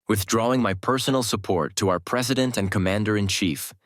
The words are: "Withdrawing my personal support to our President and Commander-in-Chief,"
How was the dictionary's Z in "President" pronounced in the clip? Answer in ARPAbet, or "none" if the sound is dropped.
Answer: Z